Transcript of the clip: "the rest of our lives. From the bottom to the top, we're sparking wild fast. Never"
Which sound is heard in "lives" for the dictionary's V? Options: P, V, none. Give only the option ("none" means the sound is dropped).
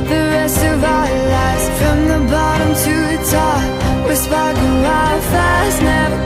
none